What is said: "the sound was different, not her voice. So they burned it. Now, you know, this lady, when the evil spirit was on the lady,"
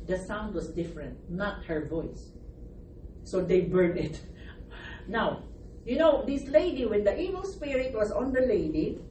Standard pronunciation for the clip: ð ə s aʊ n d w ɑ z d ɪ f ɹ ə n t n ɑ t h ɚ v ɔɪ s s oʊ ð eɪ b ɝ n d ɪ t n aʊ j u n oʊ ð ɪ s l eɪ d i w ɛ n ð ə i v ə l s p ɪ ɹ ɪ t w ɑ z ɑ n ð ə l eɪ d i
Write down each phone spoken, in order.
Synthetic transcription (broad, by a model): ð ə s aʊ n d w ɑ s d ɪ f ɹ ə n t n ɑ t h ɚ v ɔɪ s s oʊ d eɪ b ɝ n ɪ t n aʊ j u n oʊ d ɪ s l eɪ d i w ɛ n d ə i v ə l s p ɪ ɹ ɪ t w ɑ s ɑ n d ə l eɪ d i